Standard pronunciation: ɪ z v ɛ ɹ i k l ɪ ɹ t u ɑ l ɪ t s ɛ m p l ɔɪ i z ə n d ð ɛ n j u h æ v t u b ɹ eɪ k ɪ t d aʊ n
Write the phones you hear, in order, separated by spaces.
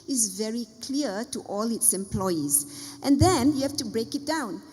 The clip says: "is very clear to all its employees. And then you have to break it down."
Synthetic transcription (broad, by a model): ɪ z v ɛ ɹ i k l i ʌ t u ɑ l ɪ t s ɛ m p l ɔɪ i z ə n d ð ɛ n j u h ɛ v t u b ɹ eɪ k ɪ t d aʊ n